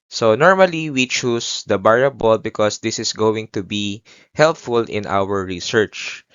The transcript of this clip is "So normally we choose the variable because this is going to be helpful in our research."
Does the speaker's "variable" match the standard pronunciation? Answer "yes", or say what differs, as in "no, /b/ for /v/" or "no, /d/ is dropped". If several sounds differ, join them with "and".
no, /b/ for /v/